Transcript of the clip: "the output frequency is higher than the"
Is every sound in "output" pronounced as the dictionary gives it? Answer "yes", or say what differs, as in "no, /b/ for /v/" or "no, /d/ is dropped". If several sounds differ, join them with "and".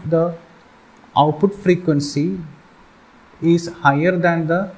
yes